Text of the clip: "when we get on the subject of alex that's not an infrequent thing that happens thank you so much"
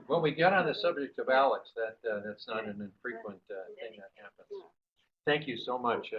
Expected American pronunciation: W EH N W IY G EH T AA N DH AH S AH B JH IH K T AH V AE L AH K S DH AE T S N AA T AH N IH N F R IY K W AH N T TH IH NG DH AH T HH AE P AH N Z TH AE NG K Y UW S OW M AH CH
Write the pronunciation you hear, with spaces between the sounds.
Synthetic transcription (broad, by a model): W EH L W IY G EH T N DH AH S AH B JH IH K T AH V AE L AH K S DH AE T S N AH T AH N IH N F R IY K W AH N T TH IH NG DH AH T HH AE P AH N Z TH AE NG K Y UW S OW M AH CH